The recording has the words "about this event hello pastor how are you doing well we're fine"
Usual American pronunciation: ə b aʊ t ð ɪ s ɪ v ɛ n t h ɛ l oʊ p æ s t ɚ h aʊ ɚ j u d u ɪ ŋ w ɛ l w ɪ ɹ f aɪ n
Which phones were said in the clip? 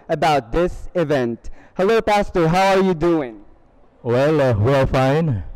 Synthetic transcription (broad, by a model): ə b aʊ t ð ɪ s ɪ v ɛ n t h ɛ l oʊ p æ s t ɚ h aʊ ɚ j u d u ɪ ŋ w ɛ l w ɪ l f aɪ n